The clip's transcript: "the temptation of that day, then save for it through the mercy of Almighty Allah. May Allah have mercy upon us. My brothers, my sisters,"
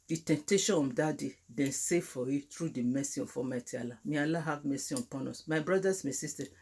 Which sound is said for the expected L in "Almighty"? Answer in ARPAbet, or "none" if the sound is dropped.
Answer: none